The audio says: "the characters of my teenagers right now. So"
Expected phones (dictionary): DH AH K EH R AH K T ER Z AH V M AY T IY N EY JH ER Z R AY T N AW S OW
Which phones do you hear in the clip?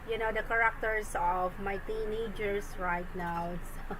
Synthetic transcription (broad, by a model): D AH K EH R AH K T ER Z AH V M AY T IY N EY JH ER S R AY T N AW S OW